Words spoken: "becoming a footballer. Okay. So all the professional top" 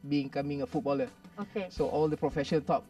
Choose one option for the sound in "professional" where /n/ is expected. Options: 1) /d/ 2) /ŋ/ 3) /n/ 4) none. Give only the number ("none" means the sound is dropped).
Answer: 4